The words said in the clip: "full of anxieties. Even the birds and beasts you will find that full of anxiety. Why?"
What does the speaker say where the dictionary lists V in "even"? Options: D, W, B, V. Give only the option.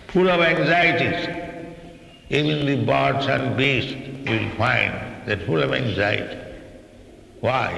B